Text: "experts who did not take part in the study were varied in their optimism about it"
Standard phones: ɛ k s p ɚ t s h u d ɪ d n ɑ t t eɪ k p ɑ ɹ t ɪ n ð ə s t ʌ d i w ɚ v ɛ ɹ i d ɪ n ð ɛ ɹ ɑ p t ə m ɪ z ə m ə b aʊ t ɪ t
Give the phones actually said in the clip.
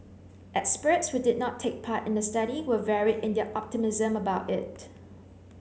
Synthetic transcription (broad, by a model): ɛ k s p ɚ t s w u d ɪ d n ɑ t t eɪ k p ɑ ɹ t ɪ n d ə s t ʌ d i w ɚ v ɛ ɹ i d ɪ n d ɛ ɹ ɑ p t ə m ɪ z ə m ə b aʊ t ɪ t